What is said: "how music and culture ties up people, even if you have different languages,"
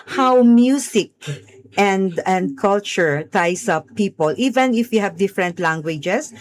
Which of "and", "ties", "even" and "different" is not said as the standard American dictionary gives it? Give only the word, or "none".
ties